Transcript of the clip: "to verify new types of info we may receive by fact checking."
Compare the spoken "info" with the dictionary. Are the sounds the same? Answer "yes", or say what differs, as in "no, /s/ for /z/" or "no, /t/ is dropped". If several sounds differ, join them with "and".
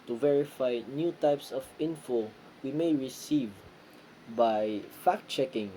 yes